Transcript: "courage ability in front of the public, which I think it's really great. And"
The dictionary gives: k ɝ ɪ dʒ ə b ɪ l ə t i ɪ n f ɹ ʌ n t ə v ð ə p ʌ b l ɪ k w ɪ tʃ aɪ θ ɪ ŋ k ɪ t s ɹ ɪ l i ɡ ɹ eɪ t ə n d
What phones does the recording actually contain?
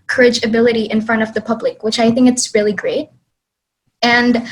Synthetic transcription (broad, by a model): k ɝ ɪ dʒ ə b ɪ l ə t i ɪ n f ɹ ʌ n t ə v ð ə p ʌ b l ɪ k w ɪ tʃ aɪ θ ɪ ŋ k ɪ t s ɹ ɪ l i ɡ ɹ eɪ t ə n